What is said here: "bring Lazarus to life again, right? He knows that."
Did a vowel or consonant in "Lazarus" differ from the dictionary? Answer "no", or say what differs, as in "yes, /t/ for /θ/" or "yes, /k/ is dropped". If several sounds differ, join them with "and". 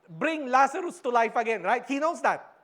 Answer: yes, /s/ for /z/